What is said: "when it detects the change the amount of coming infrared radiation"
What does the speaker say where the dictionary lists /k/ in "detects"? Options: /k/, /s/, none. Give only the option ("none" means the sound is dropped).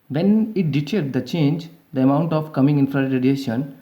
none